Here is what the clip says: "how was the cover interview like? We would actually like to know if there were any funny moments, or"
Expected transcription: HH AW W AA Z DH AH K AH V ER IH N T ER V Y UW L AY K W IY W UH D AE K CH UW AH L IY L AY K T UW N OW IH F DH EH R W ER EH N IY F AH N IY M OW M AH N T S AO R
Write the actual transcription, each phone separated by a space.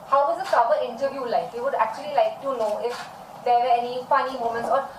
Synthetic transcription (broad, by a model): HH AW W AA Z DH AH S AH P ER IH N T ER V Y UW L AY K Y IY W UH D AE K CH UW AH L IY L AY K T UW N OW IH F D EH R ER EH N IY F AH N IY M OW M AH N T S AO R